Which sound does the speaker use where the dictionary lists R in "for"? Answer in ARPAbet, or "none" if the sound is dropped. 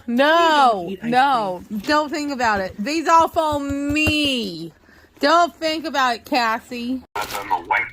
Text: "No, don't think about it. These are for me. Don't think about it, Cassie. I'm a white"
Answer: L